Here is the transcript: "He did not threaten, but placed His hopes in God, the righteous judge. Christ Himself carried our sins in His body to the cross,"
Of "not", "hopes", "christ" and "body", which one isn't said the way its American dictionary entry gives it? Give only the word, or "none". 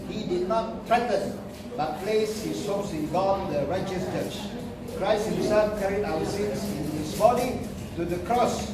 hopes